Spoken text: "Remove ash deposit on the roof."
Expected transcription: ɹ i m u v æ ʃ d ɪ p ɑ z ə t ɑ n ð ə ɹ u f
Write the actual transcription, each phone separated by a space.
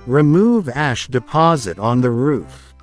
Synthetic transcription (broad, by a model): ɹ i m u v æ ʃ d ɪ p ɑ z ə t n ð ə ɹ u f